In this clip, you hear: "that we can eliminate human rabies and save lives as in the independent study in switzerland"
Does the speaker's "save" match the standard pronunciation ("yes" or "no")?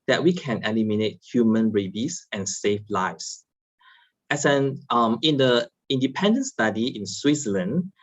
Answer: no